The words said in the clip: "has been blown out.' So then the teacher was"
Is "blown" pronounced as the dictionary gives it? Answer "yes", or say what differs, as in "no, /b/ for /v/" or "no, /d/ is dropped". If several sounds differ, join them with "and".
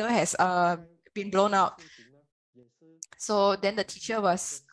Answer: yes